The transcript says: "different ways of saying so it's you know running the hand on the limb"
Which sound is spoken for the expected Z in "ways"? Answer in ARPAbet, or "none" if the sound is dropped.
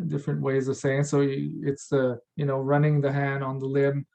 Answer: Z